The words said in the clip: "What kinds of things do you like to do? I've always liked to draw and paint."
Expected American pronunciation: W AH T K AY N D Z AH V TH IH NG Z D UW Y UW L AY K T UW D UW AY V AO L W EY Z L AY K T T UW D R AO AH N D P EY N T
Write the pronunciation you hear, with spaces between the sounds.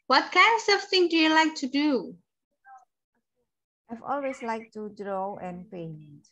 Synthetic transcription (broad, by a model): W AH T K AY N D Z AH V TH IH NG D UW Y UW L AY K T UW D UW AY V AO L W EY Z L AY K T T UW D R AO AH N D P EY N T